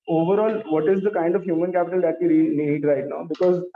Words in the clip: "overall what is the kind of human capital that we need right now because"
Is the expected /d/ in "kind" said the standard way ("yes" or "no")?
yes